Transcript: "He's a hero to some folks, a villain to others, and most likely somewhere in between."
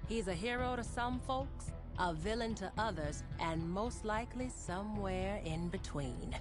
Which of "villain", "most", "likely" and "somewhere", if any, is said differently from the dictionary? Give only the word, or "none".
none